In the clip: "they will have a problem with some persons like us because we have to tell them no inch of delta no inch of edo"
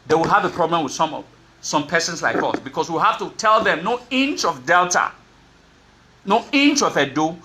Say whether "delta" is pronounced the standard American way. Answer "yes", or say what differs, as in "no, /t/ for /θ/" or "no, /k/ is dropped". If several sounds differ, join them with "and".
yes